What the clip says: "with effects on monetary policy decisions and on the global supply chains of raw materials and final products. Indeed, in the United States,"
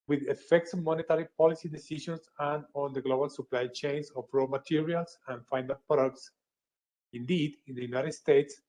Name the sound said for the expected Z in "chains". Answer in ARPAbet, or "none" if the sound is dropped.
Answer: S